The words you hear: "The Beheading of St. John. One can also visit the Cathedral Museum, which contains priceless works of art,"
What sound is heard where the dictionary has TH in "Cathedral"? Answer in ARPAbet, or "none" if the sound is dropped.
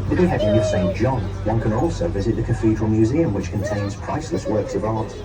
F